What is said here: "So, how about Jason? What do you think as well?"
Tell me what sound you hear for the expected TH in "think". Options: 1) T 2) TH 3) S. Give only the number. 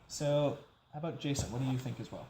2